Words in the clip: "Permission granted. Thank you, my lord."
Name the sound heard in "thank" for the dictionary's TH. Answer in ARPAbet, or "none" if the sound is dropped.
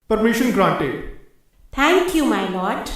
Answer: T